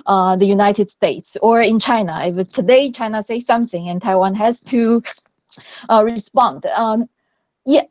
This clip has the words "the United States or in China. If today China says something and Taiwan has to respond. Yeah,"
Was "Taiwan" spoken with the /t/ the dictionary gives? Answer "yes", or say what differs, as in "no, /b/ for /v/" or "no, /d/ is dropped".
yes